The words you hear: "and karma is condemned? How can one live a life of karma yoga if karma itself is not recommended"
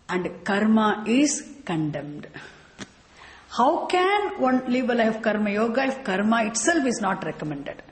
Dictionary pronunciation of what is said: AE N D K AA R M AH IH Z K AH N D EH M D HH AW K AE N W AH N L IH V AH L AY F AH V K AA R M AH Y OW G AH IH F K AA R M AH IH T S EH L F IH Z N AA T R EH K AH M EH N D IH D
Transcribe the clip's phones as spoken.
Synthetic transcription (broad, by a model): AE N D K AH R M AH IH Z K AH N D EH M D HH AW K AE N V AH N L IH B AH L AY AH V K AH R M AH Y OW G AH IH F K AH R M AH IH T S EH L F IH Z N AA T R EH K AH M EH N D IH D